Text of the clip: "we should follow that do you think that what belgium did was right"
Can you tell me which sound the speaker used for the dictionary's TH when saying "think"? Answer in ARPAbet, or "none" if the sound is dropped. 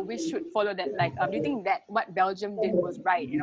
T